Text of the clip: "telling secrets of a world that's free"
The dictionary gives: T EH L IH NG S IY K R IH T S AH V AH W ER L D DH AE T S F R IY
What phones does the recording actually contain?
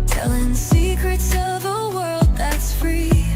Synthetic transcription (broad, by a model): T EH L IH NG S IY K R IH T S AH V AH W ER L D DH AE T S F R IY